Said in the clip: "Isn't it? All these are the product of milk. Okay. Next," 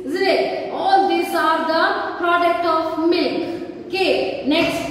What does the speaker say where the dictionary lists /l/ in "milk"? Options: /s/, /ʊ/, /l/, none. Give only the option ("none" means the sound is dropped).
/l/